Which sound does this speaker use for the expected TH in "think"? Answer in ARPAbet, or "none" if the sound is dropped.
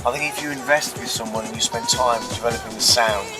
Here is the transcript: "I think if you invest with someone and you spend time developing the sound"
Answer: TH